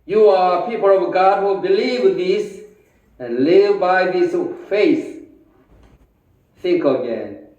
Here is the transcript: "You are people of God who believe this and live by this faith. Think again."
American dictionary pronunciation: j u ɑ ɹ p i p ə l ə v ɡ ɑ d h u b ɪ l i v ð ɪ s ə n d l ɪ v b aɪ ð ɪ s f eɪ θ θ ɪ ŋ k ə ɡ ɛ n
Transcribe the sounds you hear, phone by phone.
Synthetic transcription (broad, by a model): j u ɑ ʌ p i p ə l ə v ɡ ɑ d h u b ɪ l i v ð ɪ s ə n l ɪ v b aɪ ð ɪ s f eɪ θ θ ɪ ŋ k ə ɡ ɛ n